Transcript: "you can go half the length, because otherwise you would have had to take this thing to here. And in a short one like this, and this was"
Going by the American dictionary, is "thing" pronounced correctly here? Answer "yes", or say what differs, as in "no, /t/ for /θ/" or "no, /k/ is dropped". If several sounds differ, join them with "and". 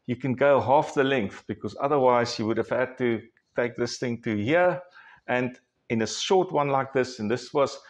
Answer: yes